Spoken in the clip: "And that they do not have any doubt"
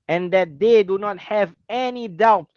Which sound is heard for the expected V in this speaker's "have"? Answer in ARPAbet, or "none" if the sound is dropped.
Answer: V